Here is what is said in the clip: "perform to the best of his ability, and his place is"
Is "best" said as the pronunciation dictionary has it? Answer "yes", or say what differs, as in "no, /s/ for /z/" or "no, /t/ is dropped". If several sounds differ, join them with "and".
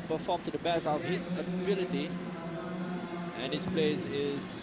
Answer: no, /t/ is dropped